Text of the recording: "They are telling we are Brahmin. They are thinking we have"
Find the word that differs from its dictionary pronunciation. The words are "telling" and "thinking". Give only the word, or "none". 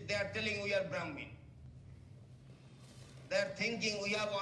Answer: thinking